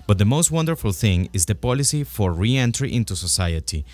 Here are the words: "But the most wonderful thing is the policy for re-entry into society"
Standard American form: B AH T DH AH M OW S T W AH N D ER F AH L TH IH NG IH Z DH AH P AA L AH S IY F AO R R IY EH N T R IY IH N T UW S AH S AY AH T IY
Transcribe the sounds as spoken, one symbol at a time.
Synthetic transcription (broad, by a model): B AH T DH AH M OW S T W AH N D ER F AH L TH IH NG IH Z DH AH P AA L AH S IY F AO R R IY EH N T R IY IH N T UW S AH S AY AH T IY